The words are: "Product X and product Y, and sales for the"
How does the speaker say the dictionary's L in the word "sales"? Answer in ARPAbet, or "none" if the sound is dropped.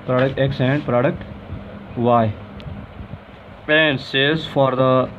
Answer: none